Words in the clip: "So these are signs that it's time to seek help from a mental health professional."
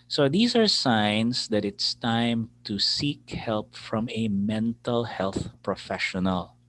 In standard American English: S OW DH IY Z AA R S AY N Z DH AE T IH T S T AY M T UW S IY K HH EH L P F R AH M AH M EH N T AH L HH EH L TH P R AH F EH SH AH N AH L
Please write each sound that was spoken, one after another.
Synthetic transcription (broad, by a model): S OW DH IY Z AA R S AY N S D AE T IH T S T AY M T UW S IY K HH EH L P F R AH M AH M EH N T AH L HH EH L TH P R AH F EH SH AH N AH L